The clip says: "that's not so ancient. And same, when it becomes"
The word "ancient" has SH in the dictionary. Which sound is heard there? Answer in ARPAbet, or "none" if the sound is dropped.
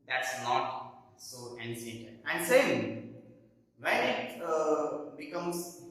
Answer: S